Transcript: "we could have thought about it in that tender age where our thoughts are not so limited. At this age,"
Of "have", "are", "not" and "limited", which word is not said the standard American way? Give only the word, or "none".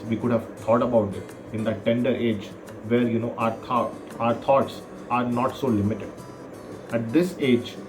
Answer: none